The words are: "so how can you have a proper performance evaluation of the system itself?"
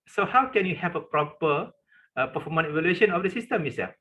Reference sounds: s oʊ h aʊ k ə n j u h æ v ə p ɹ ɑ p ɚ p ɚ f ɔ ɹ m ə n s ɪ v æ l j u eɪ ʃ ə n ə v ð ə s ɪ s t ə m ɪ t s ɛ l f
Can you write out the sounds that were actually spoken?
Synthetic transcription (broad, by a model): s oʊ h aʊ k ə n j u h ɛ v ə p ɹ ɑ p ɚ p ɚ f ɔ m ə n ɪ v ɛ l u eɪ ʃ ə n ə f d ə s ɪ s t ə m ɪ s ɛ